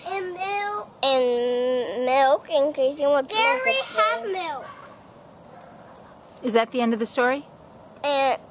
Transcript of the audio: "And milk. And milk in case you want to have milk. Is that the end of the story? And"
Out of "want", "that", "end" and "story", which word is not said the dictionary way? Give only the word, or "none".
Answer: want